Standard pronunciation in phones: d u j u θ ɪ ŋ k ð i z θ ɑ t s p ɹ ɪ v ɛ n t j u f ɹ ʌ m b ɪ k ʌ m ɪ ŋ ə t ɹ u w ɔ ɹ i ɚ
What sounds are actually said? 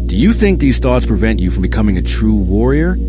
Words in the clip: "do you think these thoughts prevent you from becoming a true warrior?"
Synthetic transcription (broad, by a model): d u j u θ ɪ ŋ k ð i z θ ɑ t s p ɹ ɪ v ɛ n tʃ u f ɹ ʌ m b ɪ k ʌ m ɪ ŋ ə t ɹ u w ɔ ɹ i ɚ